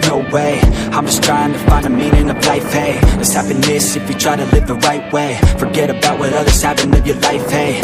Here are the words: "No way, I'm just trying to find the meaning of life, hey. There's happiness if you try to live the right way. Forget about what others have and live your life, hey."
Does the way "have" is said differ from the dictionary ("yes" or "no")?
yes